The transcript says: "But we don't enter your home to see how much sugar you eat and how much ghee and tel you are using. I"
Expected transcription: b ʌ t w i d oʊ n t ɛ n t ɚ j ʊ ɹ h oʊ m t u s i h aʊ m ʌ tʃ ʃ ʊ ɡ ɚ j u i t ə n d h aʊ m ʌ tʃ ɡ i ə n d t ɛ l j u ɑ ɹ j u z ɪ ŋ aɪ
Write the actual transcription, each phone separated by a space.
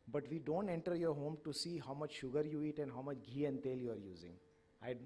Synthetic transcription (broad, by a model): b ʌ t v i d oʊ n t ɛ n t ɚ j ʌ ɹ h oʊ m t u s i h aʊ m ʌ tʃ ʃ ʊ ɡ ɚ j u i t ə n d h aʊ m ʌ tʃ ɡ i ə n d t ɛ l j u ɑ ɹ j u z ɪ ŋ aɪ